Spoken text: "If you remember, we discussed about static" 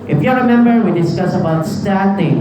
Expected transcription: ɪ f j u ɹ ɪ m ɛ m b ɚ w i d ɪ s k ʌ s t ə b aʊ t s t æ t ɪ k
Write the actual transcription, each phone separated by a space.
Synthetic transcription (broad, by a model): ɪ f j u ɹ ɪ m ɛ m b ɚ w i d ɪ s k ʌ s ə b aʊ t s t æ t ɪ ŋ